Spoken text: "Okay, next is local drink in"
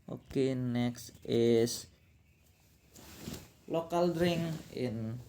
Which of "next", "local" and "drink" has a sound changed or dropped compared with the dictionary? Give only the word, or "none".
drink